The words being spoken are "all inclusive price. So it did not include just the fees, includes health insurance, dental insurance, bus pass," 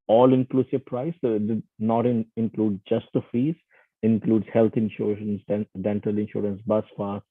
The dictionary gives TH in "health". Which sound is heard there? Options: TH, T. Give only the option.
T